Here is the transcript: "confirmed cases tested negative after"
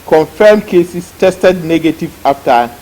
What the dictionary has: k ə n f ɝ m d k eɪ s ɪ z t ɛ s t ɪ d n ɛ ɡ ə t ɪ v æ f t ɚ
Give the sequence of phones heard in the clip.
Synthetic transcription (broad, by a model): k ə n f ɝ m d k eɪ s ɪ s t ɛ s t ɪ d n ɛ ɡ ə t ɪ v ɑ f t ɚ